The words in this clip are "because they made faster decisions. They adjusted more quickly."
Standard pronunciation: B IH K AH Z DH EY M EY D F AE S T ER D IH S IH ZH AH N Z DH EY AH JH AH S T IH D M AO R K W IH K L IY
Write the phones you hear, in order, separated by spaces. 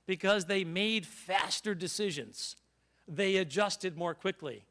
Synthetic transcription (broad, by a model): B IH K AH Z DH EY M EY D F AE S T ER D IH S IH ZH AH N Z DH EY AH JH AH S T IH D M AO R K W IH K L IY